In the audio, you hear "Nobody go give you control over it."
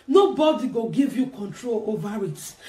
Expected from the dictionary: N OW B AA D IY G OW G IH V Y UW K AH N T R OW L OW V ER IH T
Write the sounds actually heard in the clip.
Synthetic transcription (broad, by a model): N OW B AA D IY G OW G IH V Y UW K AH N T R OW L OW V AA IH T